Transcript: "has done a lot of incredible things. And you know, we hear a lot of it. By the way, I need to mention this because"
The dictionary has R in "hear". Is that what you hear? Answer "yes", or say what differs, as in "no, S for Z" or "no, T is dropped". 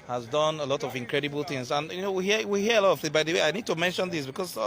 no, W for R